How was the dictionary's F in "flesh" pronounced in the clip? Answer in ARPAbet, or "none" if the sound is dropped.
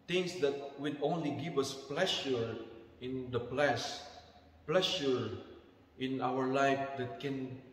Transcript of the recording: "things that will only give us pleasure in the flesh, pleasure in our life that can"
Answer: P